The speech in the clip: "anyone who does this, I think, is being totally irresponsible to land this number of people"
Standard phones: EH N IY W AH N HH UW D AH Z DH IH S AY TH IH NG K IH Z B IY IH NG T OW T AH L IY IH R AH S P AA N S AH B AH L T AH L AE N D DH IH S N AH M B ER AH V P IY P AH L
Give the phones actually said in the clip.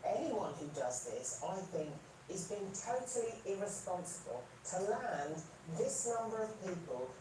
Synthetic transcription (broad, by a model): EH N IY W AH N HH UW D AH Z DH IH S AY TH IH NG K IH Z B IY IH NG T OW T AH L IY IH R AH S P AA N S AH B AH L T AH L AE N DH IH S N AH M B ER AH V P IY P AH L